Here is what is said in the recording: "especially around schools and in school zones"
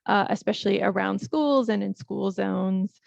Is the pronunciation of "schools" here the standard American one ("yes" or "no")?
yes